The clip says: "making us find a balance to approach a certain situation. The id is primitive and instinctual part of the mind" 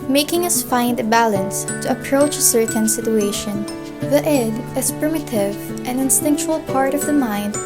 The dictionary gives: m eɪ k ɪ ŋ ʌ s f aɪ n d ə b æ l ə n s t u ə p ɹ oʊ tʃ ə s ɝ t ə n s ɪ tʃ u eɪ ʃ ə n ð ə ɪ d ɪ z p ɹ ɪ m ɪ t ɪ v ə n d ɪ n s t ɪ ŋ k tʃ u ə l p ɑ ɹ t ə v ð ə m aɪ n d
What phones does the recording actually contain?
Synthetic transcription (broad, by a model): m eɪ k ɪ ŋ ʌ s f aɪ n d ə b æ l ə n s t u ə p ɹ oʊ tʃ ə s ɝ t ə n s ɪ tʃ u eɪ ʃ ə n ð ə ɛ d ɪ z p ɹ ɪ m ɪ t ɪ v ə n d ɪ n s t ɪ ŋ k tʃ u ə l p ɑ ɹ t ə v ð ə m aɪ n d